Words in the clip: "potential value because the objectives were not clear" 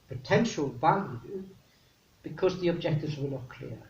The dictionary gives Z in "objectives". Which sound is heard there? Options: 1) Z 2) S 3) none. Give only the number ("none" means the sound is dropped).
1